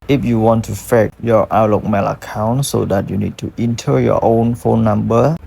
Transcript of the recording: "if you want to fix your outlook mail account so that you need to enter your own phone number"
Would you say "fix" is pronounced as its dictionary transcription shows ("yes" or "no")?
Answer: no